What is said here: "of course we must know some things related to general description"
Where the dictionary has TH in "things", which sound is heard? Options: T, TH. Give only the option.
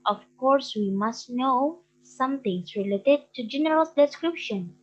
T